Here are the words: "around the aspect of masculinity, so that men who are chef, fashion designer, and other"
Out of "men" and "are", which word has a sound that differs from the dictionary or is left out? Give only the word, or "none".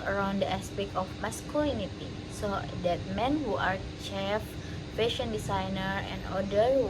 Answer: none